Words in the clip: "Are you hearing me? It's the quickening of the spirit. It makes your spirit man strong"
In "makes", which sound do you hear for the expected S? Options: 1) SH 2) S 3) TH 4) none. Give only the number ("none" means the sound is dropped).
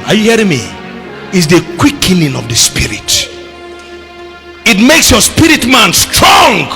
2